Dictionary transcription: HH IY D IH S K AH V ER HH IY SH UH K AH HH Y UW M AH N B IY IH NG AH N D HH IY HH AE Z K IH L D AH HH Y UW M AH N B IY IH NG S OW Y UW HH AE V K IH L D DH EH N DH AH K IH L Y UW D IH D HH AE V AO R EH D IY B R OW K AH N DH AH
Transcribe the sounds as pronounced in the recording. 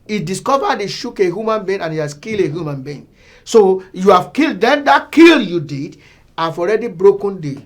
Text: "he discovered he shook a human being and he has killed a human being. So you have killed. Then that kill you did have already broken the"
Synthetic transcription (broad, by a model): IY D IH S K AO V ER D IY SH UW K AH HH Y UW M AH N B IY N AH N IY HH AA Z K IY L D AH HH Y UW M AH N B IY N S OW Y UW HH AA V K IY L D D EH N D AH K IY L Y UW D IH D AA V AO R EH D IY B R OW K AH N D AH